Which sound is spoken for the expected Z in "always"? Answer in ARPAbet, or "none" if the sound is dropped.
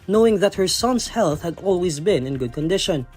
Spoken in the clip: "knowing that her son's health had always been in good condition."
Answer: Z